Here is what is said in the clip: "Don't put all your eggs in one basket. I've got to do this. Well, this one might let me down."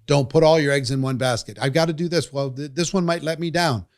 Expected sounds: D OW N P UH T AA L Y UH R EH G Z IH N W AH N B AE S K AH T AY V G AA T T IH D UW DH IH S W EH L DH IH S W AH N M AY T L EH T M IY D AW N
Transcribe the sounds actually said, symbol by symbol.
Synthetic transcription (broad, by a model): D OW N P UH T AA L Y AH R EH G Z IH N W AH N B AE S K AH T AY V G AA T T IH D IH DH IH S W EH L DH IH S W AH N M AY T L EH T M IY D AW N